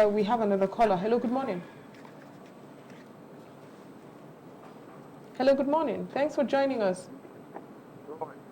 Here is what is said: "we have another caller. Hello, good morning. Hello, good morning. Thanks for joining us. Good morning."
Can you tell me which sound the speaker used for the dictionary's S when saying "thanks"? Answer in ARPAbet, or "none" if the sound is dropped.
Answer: S